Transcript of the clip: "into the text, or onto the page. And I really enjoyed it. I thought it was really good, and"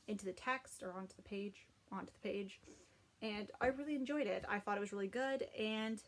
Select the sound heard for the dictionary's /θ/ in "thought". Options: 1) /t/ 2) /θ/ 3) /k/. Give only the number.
2